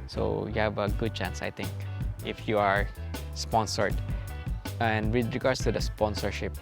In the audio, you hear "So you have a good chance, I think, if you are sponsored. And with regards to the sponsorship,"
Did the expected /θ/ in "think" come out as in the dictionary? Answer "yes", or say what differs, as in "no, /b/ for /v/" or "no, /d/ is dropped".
no, /t/ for /θ/